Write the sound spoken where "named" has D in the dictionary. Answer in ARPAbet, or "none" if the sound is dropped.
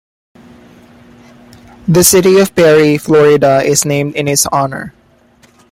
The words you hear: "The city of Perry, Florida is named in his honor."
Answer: D